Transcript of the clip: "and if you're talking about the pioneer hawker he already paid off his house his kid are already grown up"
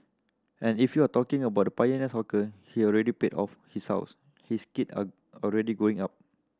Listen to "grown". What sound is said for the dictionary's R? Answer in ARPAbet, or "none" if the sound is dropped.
none